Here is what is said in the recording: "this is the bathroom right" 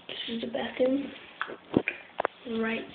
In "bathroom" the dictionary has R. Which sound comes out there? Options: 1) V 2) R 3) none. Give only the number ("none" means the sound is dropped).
3